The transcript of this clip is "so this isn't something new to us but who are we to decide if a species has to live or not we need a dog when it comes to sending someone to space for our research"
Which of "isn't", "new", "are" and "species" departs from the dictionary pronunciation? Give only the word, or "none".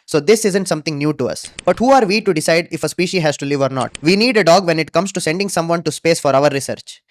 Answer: species